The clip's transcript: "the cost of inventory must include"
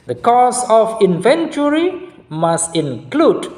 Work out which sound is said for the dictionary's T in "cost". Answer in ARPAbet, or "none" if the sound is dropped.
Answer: none